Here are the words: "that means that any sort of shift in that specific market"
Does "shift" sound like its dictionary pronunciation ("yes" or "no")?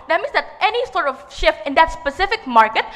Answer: yes